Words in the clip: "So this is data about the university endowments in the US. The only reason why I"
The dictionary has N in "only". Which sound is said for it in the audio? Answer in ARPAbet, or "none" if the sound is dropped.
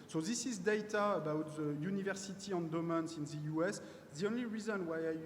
N